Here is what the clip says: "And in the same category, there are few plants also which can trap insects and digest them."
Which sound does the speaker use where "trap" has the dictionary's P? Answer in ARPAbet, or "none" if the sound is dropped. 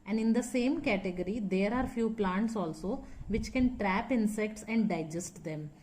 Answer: P